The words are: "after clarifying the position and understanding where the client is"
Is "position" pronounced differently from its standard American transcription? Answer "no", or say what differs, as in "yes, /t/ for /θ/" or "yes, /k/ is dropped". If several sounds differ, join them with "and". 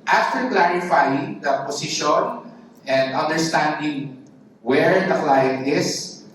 yes, /s/ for /z/